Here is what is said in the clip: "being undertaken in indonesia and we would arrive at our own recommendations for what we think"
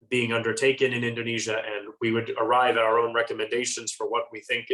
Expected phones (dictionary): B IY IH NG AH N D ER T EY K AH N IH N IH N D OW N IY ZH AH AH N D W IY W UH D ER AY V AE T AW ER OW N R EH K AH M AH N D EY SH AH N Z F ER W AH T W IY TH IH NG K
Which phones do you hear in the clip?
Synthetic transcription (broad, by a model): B IY IH NG AH N D ER T EY K AH N IH N IH N D OW N IY ZH AH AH N W IY W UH D ER AY V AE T AW ER OW N R EH K AH M AH N D EY SH AH N Z F ER W AH T W IY TH IH NG K